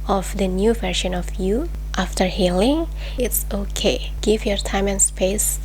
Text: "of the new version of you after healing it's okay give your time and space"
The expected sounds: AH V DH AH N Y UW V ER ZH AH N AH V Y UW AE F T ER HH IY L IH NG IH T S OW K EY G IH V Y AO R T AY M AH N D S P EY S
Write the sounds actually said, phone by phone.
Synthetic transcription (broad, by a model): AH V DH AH N Y UW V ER SH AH N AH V Y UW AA F T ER HH IY L IH NG IH T S OW K EY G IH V Y AO R T AY M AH N S P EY S